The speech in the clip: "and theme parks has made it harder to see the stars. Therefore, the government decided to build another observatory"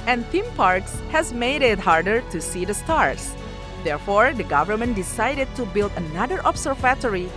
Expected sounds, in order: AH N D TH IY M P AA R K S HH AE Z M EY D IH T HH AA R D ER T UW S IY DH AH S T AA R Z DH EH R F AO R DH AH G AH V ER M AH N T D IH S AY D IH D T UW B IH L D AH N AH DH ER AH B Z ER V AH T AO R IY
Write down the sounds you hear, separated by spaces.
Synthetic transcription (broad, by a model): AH N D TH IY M P AA R K S HH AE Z M EY D IH T HH AA R D ER T UW S IY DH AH S T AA R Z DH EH R F AO R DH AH G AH V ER M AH N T D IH S AY D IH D T UW B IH L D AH N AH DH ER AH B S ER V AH T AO R IY